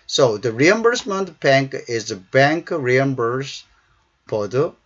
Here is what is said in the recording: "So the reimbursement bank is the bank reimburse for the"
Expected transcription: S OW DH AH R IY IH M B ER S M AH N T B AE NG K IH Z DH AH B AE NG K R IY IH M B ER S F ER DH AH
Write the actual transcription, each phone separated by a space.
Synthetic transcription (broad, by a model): S OW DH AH R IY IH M B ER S M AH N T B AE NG K IH Z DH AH B AE NG K R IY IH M B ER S P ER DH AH